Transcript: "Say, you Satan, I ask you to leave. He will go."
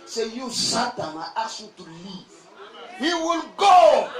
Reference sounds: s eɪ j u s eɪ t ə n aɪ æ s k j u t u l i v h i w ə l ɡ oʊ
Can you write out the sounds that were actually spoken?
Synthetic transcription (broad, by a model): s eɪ j u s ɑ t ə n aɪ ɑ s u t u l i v h i w ə l ɡ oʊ